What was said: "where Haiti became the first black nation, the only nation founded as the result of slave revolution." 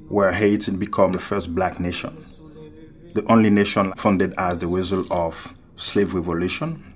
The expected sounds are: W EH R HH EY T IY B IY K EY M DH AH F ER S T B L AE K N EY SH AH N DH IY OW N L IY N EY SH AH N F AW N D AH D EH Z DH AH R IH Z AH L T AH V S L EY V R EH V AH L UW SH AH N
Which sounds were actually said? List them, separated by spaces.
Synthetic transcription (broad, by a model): W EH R HH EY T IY B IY K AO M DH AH F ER S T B L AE K N EY SH AH N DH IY OW N L IY N EY SH AH N F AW N D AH D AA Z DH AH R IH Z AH L AH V S L EY V R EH V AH L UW SH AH N